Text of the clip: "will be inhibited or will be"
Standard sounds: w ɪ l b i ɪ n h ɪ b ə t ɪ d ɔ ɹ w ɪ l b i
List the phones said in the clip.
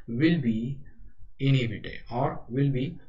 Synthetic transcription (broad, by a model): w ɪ l b i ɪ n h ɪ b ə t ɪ ɔ ɹ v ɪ l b i